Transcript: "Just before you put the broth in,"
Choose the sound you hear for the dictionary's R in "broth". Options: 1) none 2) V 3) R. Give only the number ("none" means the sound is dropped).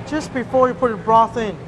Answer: 3